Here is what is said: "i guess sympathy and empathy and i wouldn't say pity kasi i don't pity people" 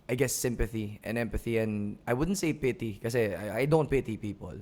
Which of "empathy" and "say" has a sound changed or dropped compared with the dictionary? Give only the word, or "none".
none